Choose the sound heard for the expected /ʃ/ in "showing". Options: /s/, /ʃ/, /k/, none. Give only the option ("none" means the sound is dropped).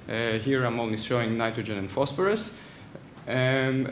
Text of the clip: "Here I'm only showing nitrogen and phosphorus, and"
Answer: /s/